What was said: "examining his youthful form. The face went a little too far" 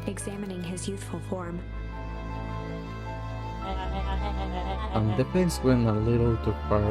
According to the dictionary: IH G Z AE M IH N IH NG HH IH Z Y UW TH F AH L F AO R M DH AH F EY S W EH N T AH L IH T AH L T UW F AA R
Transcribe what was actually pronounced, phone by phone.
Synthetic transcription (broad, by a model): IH G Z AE M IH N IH NG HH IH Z Y UW TH F AH L F AO R M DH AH P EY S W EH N AH L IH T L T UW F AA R